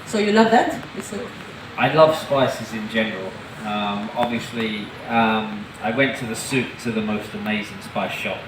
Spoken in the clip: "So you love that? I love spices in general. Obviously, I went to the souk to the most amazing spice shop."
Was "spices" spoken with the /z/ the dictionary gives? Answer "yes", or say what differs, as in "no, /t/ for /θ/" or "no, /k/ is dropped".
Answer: yes